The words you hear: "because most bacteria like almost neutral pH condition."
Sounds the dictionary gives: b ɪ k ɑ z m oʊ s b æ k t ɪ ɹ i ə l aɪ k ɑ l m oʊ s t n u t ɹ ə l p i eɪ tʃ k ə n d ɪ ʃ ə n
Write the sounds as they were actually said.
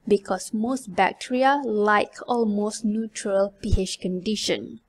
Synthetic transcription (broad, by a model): b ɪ k ɑ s m oʊ s b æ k t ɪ ɹ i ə l aɪ k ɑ l m oʊ s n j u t ɹ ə l p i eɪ ʃ k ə n d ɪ ʃ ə n